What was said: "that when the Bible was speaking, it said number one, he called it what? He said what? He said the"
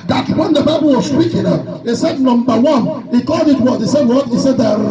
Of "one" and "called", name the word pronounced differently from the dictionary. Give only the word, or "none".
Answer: called